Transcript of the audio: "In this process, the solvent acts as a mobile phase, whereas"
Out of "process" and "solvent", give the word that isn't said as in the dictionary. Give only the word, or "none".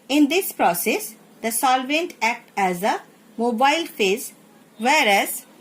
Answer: none